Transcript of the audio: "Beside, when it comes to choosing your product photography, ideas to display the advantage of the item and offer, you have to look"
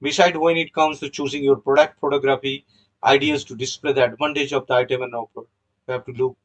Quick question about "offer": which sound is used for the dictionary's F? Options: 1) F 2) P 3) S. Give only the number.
2